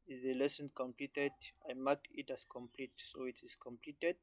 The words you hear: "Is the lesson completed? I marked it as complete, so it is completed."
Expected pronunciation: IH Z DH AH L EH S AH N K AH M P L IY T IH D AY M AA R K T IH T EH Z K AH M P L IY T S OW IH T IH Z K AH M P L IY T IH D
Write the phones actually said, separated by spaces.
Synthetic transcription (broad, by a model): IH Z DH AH L EH S AH N K AH M P L IY T IH D AY M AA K IH T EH S K AH M P L IY T S OW IH T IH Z K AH M P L IY T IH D